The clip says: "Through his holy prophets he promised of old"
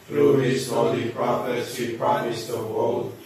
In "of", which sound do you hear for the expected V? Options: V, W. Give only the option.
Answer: W